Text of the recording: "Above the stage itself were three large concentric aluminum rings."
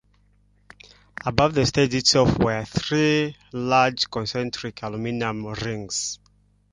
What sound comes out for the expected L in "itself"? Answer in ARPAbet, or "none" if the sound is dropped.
none